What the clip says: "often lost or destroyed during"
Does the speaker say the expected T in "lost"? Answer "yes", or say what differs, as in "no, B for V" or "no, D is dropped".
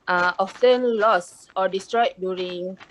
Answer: no, T is dropped